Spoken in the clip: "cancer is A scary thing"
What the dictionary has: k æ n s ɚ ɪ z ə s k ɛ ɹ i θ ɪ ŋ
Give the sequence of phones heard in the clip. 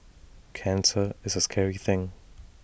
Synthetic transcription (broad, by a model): k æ n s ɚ ɪ z ə s k ɛ ɹ i θ ɪ ŋ